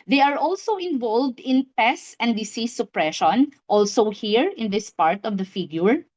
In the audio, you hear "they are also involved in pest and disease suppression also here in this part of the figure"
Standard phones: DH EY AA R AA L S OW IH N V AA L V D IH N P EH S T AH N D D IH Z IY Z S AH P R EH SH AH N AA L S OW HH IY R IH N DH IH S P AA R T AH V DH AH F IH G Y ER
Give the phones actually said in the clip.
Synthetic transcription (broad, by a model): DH EY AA R AA L S OW IH N V AA L V D IH N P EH S AH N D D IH S IY S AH P R EH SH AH N AA L S OW HH IY R IH N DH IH S P AA R T AH V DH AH F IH G Y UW